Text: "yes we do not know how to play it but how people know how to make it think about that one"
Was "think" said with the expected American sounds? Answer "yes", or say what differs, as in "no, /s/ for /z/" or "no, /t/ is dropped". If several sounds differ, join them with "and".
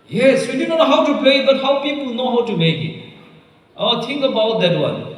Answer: no, /t/ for /θ/